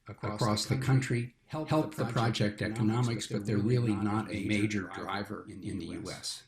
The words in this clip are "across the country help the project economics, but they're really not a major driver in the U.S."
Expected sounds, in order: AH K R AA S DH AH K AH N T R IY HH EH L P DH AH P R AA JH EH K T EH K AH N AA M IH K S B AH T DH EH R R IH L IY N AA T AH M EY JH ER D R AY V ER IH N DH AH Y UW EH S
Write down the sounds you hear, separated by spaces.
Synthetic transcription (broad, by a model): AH K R AA S DH AH K AH N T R IY HH EH L P DH AH P R AA JH EH K T EH K AH N AA M IH K S B AH T DH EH R R IH L IY N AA T AH M EY JH ER D R AY V ER IH N DH AH Y UW EH S